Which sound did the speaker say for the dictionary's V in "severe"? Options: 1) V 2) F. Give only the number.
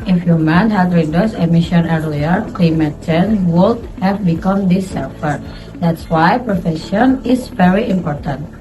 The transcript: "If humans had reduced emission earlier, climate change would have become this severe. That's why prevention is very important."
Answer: 2